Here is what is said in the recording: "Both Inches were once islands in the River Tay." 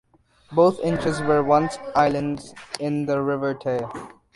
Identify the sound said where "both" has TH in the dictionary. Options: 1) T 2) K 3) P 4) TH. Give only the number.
1